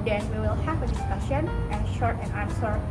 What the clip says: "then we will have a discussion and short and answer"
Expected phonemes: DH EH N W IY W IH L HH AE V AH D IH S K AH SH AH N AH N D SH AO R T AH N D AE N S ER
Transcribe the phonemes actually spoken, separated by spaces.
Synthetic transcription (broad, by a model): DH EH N W IY W IH L HH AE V AH D IH S K AH SH AH N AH SH AO R T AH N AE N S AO